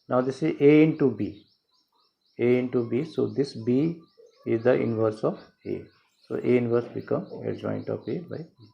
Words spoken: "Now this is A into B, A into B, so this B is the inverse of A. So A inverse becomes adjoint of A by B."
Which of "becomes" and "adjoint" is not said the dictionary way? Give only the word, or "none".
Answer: becomes